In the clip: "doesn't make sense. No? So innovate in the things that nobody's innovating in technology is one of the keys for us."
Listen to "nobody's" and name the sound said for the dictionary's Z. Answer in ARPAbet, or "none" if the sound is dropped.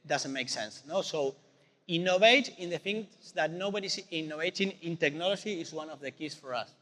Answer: S